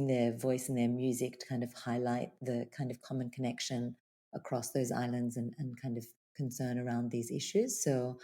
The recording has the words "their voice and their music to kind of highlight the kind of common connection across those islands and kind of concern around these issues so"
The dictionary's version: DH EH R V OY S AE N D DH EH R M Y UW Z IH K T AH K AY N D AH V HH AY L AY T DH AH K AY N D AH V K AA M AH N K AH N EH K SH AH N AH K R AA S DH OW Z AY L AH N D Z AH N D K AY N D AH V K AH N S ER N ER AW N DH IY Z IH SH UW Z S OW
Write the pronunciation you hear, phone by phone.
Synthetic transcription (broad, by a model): DH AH R V OY S N DH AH R M Y UW Z IH K T AH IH N D AH V HH AY L AY T DH AH K AY N D AH V K AA M AH N K AH N EH K SH AH N AH K R AA S DH OW Z AY L AH N D Z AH N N K AY N D AH V K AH N S ER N ER AW N DH IY Z IH SH UW Z S OW